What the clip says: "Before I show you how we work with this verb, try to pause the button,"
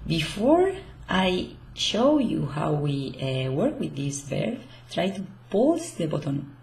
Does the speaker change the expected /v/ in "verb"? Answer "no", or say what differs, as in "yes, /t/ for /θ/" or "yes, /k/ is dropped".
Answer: yes, /b/ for /v/